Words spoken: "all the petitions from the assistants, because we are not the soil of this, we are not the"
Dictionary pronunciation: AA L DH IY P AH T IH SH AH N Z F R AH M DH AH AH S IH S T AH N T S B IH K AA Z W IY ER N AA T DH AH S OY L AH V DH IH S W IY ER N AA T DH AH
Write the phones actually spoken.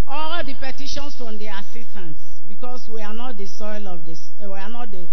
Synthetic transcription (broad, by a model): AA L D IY P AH T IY SH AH N S F R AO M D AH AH S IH S T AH N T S B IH K AA S W IY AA N AA T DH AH S OY L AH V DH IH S W IY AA N AA T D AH